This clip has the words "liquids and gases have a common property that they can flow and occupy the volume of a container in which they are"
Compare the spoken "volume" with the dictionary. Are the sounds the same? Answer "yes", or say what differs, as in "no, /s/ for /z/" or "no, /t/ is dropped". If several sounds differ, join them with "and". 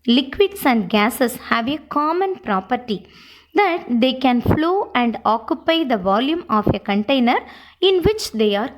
yes